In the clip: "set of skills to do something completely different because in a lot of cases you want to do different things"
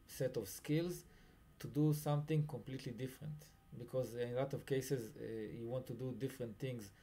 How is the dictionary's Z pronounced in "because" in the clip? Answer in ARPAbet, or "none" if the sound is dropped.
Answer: Z